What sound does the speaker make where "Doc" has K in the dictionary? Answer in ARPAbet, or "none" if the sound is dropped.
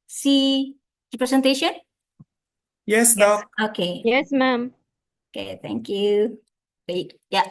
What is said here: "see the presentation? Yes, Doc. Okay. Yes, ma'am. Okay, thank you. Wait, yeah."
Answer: none